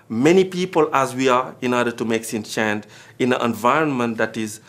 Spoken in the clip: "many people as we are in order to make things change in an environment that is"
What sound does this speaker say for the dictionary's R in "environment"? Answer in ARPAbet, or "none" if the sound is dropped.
R